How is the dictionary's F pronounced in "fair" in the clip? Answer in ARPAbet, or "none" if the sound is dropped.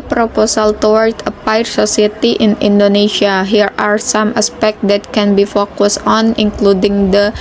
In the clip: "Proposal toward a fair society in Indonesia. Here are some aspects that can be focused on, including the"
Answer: P